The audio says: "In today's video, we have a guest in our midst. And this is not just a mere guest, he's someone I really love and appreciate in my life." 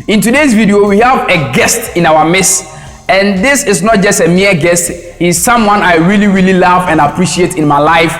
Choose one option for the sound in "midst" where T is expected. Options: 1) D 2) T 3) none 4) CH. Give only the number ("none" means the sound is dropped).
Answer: 3